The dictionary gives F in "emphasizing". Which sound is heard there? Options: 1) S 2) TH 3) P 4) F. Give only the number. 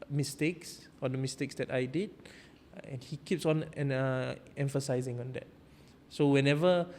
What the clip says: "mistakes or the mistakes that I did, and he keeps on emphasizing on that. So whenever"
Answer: 4